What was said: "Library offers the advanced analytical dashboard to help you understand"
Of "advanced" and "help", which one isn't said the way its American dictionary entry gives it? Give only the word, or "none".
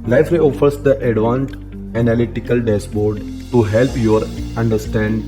advanced